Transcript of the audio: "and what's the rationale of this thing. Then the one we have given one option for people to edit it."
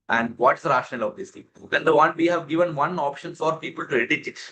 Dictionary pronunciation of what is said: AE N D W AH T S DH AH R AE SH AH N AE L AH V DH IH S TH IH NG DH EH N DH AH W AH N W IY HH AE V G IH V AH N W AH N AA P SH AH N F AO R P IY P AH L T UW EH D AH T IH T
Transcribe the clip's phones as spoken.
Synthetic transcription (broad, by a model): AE N D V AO T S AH R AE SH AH N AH L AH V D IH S T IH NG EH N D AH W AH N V IY HH AE V G IH V AH N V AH N AA P SH AH N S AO R P IY P AH L T UW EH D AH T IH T